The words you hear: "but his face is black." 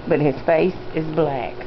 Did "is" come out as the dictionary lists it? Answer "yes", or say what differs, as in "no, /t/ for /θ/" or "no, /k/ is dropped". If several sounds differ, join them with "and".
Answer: yes